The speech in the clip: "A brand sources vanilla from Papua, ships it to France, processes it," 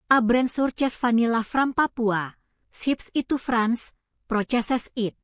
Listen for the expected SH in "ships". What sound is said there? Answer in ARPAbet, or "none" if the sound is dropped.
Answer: S